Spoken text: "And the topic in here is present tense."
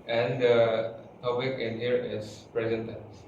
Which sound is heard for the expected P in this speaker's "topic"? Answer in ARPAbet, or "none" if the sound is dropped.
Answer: B